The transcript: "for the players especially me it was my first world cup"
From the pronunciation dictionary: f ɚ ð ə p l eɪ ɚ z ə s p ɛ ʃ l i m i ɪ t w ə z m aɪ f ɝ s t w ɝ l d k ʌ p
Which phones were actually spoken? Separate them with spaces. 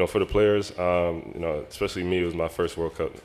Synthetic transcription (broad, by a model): f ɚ ð ə p l eɪ ɚ z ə s p ɛ ʃ l i m i ɪ t w ə z m aɪ f ɝ s t w ɝ l d k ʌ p